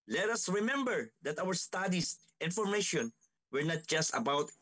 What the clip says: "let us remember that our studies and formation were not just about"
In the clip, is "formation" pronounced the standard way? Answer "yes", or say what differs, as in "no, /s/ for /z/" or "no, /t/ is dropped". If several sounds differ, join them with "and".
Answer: yes